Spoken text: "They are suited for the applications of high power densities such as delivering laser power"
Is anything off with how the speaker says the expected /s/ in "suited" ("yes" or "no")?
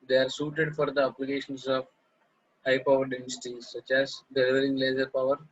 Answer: no